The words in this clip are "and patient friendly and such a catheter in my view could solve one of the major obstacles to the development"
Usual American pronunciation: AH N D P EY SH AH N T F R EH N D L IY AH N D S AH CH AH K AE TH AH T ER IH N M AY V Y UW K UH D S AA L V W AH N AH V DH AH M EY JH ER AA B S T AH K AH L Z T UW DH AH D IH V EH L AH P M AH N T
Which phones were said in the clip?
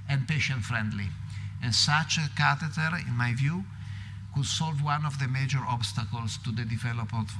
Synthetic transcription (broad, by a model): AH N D P EY SH AH N T F R EH N D L IY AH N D S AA CH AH K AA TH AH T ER IH N M AY V Y UW K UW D S AA L V W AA N AH V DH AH M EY JH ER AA B S T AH K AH L S T UW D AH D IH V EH L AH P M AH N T